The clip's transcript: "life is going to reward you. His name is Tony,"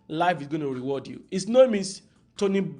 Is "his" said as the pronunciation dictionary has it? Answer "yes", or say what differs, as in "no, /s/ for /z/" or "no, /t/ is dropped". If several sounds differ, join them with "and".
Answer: no, /s/ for /z/